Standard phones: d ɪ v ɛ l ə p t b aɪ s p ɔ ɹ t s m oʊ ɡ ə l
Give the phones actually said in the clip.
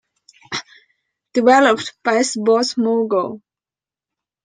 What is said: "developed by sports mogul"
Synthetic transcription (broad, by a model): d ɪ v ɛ l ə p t b aɪ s b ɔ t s m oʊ ɡ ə